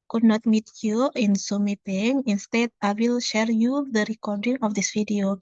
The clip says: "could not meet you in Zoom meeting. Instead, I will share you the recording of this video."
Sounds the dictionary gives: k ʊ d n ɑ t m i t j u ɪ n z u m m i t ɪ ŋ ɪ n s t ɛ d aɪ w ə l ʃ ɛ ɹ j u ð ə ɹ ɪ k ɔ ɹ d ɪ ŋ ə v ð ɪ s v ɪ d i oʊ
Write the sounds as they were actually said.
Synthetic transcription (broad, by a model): k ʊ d n ɑ t m i t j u ɪ n s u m m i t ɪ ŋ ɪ n s t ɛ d aɪ w ə l ʃ ɛ ɹ j u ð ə ɹ ɪ k ɔ ɹ d ɪ ŋ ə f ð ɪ s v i d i oʊ